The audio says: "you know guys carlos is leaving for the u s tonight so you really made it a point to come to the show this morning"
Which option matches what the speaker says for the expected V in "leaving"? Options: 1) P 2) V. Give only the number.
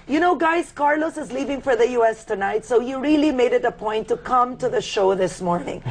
2